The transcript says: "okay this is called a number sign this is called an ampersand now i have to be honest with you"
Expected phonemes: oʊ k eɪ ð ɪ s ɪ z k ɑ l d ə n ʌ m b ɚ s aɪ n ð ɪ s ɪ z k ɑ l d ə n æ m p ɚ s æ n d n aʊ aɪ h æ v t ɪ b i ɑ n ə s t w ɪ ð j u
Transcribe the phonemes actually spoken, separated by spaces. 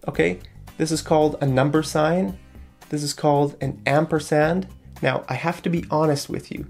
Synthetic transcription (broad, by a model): oʊ k eɪ ð ɪ s ɪ z k ɑ l d ə n ʌ m b ɚ s aɪ n ð ɪ s ɪ z k ɑ l d ə n æ m p ɚ s æ n d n aʊ aɪ h æ f t ɪ b i ɑ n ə s t w ɪ ð j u